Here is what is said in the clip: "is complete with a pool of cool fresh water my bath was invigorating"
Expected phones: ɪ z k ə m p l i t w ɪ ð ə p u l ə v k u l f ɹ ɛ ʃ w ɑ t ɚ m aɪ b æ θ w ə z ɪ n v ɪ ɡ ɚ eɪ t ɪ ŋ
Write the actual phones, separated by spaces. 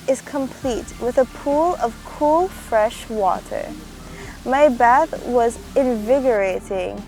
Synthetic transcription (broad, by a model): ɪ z k ə m p l i t w ɪ ð ə p u l ə v k u l f ɹ ɛ ʃ w ɑ t ɚ m aɪ b æ θ w ə z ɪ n v ɪ ɡ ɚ eɪ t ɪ ŋ